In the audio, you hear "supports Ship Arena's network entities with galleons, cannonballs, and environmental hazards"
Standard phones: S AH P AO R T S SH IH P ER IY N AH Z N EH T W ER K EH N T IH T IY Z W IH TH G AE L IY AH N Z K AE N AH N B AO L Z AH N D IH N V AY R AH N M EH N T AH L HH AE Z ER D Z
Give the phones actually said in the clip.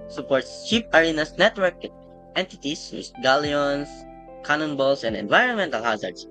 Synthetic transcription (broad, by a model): S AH P AO R T S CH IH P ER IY N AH S N EH T W ER K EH N T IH T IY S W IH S G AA L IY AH N S K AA N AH N B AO L S AH N D IH N V AY R AH N M EH N T AH L HH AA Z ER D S